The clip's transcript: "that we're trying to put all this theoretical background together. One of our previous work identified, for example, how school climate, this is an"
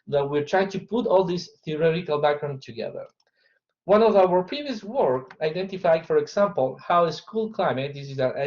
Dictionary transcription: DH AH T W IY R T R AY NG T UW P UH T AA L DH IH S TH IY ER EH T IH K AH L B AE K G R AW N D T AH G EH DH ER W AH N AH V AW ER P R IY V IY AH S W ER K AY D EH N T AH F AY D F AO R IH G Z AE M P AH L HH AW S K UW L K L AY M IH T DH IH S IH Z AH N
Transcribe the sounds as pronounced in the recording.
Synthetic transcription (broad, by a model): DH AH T W IY R T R AY T UW P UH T AA L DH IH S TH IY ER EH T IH K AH L B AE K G R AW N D T AH G EH DH ER W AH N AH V AW ER P R IY V IY AH S W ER K AY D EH N T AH F AY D F AO R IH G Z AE M P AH L HH AW S K UW L K L AY M IH T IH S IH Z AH